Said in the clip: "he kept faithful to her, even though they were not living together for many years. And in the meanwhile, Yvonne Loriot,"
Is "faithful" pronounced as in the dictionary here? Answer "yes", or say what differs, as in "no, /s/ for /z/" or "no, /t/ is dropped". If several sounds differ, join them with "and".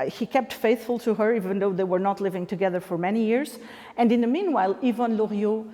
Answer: yes